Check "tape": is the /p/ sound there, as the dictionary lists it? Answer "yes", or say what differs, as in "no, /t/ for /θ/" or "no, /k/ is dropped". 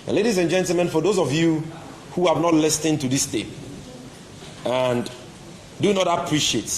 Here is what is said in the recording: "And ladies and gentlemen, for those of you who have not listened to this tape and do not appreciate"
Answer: no, /p/ is dropped